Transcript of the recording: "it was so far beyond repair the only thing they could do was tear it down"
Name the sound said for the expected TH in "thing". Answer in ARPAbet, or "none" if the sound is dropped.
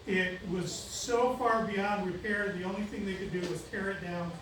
TH